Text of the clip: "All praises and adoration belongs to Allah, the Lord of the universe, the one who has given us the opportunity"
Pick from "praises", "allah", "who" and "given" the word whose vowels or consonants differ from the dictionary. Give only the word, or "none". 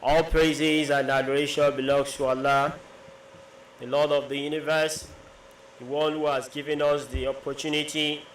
none